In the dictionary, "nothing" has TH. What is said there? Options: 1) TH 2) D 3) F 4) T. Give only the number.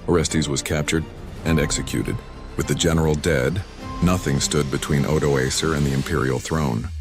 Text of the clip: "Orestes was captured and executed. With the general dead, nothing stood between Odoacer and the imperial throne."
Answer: 1